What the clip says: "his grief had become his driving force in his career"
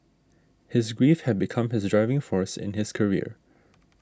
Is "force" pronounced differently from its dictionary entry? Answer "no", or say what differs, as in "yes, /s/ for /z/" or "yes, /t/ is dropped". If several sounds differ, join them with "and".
no